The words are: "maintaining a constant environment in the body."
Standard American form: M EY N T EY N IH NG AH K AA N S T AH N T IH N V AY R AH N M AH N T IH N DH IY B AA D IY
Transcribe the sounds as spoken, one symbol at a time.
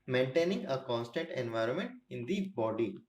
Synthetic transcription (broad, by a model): M EY N T EY N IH NG AH K AA N S T AH N T IH N V AY R AH N M AH N T IH N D IY B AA D IY